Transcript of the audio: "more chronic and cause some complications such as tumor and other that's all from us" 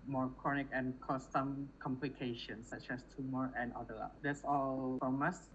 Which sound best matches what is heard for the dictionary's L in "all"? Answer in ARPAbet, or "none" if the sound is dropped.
L